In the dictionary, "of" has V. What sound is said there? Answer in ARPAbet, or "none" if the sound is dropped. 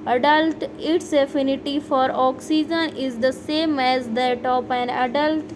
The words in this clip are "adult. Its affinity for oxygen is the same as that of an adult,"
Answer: P